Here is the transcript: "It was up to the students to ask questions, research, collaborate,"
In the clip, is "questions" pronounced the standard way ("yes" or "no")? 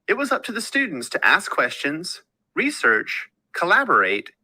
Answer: yes